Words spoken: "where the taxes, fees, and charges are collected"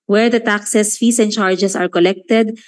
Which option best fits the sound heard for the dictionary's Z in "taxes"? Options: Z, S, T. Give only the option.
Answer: S